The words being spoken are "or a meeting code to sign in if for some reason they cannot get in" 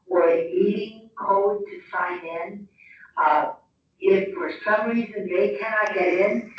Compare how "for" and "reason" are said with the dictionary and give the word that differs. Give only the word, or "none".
none